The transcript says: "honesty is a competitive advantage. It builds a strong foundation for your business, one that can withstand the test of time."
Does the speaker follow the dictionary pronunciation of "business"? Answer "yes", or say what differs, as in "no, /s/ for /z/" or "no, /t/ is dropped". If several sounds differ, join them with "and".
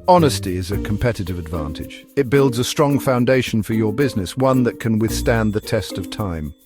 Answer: yes